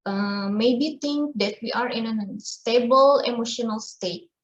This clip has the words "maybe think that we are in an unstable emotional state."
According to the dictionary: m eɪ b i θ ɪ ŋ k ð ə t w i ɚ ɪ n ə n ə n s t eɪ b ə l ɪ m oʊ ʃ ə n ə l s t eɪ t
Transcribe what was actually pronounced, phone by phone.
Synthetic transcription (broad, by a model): m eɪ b i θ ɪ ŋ k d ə t w i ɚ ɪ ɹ ə n ə n s t eɪ b ə l ɪ m oʊ ʃ ə n ə l s t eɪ t